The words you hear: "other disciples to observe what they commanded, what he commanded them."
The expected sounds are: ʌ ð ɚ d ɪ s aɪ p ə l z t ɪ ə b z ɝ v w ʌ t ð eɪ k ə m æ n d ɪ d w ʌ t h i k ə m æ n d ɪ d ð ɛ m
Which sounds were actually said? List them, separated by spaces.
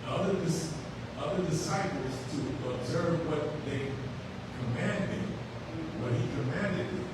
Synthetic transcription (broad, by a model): ʌ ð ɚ d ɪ s aɪ p l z t ɪ ə b z ɝ v w ʌ t ð eɪ k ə m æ n d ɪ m w ʌ t h i k ə m æ n d ɪ d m